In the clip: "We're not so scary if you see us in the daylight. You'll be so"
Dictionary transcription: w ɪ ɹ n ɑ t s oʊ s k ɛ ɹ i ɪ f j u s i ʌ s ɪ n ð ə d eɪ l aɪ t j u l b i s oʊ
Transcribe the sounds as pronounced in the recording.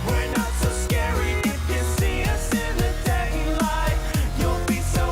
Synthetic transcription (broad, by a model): w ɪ ɹ n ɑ t s oʊ s k ɛ ɹ i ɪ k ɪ s i ʌ s ɪ n ð ə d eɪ l aɪ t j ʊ n b i s oʊ